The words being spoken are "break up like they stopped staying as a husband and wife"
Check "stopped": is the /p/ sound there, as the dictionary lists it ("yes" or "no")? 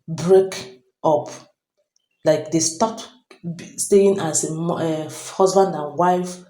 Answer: no